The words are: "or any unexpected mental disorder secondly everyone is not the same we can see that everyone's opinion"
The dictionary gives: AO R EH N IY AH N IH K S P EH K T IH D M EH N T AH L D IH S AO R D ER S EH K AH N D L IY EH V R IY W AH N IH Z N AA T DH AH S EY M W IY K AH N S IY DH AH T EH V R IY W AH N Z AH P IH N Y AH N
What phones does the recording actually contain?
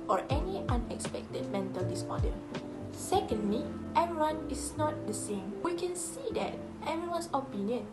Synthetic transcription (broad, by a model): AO R EH N IY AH N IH K S P EH K T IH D M EH N T AH L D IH S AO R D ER S EH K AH N D L IY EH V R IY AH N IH S N AA T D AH S EY M W IY K AH N S IY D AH T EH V IY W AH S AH P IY N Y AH N